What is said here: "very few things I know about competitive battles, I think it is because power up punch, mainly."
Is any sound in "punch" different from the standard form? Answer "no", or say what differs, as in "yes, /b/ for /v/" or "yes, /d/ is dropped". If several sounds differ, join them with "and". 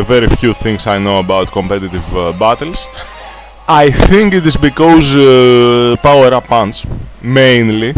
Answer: yes, /s/ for /tʃ/